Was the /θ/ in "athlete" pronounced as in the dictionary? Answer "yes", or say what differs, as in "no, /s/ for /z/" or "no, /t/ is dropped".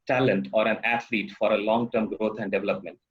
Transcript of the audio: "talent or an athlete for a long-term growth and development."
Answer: no, /t/ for /θ/